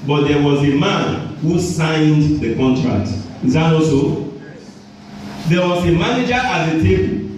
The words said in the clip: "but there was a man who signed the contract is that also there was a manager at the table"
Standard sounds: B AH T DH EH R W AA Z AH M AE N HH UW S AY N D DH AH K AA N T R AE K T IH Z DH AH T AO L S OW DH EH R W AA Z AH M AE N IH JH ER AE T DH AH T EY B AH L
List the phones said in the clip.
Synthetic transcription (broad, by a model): B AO T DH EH W AA Z AH M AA N HH UW S AY N D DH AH K AA N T R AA K T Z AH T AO S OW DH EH W AA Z AH M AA N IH JH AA T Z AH T EY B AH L